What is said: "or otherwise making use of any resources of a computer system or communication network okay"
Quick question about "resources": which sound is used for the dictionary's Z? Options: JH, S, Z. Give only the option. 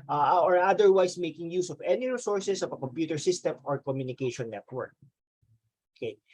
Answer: S